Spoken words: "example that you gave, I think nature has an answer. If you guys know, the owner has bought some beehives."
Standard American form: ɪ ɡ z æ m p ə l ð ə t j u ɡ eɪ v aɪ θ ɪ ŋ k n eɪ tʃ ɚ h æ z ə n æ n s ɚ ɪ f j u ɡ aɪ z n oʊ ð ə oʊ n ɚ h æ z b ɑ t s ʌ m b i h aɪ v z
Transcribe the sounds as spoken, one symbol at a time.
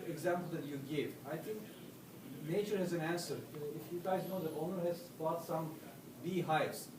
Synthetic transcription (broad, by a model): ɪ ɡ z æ m p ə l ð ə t j u ɡ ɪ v aɪ t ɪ ŋ k n eɪ tʃ ɚ h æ z ə n æ n s ɚ ɪ f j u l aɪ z n oʊ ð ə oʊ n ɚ h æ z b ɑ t s ʌ m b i h aɪ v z